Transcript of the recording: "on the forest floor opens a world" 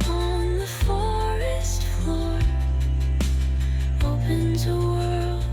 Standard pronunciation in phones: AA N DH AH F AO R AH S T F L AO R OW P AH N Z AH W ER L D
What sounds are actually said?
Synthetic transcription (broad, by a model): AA N DH AH F AO R AH S T F L AO R OW P AH N Z AH W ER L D